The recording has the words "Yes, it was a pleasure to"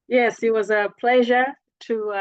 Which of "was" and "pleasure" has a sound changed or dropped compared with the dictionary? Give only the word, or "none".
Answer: none